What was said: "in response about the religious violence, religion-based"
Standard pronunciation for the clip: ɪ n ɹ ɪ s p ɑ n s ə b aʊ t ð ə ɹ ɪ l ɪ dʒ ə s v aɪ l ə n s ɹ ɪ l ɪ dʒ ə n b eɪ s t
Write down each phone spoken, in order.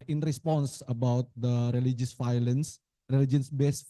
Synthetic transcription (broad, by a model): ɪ n ɹ ɪ s p ɑ n s ə b aʊ t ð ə ɹ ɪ l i dʒ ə s f aɪ l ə n s ɹ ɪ l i dʒ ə n b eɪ s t